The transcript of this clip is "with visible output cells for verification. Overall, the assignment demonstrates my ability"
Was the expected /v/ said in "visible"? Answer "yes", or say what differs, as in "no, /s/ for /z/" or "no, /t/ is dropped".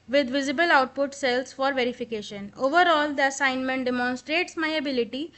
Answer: yes